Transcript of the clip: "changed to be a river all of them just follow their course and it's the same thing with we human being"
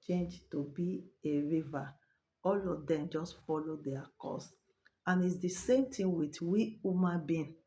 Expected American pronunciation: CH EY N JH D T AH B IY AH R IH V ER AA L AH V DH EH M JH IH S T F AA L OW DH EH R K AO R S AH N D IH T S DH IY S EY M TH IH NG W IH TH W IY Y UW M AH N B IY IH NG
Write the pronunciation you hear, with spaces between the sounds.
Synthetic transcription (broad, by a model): CH EY N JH T AH B IY AH R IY V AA AA L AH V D EH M JH IH S T F AA L OW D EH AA K AO S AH N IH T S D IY S EY M T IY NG W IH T W IY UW M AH N B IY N